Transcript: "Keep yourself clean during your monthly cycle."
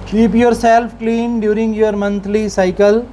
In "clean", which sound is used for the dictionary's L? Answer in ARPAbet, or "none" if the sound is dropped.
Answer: L